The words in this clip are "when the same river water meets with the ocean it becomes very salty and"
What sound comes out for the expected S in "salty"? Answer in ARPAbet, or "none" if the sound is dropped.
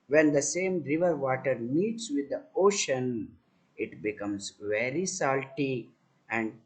S